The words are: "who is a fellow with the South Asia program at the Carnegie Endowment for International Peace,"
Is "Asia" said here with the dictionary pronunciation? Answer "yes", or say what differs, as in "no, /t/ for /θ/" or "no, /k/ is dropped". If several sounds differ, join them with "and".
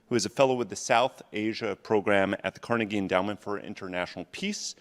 yes